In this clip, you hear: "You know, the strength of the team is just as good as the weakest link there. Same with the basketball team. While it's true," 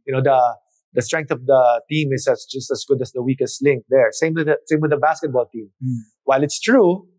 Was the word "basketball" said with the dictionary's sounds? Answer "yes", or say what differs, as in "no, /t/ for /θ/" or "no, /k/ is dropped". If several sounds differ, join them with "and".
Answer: yes